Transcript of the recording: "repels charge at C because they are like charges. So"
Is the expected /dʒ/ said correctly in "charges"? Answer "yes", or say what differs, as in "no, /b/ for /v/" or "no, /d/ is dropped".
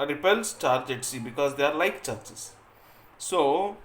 no, /tʃ/ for /dʒ/